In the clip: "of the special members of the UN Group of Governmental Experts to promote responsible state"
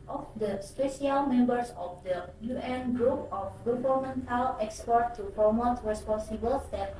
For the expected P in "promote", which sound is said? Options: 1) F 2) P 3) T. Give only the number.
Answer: 2